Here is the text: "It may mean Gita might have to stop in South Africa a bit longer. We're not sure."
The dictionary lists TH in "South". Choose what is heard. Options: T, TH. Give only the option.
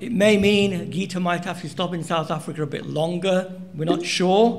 TH